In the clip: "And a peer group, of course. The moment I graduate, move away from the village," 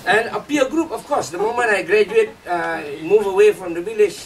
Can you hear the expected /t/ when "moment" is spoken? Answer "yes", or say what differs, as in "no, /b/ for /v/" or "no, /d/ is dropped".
no, /t/ is dropped